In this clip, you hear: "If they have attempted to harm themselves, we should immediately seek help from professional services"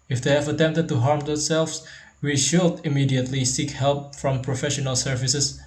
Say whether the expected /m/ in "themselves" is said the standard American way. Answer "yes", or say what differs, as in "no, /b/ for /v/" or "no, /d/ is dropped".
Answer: no, /m/ is dropped